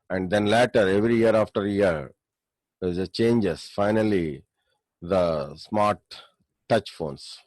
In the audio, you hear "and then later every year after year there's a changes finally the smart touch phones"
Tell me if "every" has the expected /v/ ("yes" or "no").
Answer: yes